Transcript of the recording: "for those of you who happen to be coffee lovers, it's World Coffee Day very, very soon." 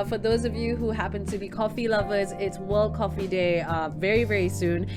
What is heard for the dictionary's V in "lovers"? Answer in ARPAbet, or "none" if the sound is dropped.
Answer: V